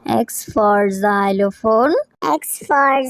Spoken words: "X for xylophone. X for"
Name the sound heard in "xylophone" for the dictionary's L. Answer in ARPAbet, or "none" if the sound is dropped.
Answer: L